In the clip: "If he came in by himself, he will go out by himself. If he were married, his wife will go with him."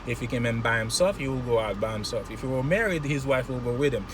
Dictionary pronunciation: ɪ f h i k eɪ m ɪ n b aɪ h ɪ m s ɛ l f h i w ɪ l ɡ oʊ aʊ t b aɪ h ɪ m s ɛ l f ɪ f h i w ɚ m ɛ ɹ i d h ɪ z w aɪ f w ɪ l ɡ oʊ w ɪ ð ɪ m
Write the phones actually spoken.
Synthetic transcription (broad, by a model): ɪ f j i k eɪ m ɪ n b aɪ h ɪ m s ɛ l f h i w ɪ l ɡ oʊ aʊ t b aɪ h ɪ m s ɛ l f ɪ f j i w ɚ m ɛ ɹ i d h ɪ z w aɪ f w ɪ l ɡ oʊ w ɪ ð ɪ m